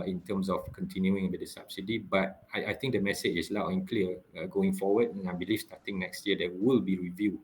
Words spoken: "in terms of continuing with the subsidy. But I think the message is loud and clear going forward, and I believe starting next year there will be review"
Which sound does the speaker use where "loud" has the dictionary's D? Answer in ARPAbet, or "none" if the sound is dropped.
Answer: none